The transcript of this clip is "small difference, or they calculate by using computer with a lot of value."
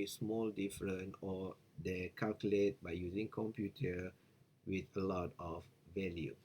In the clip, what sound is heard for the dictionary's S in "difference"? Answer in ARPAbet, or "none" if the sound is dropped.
none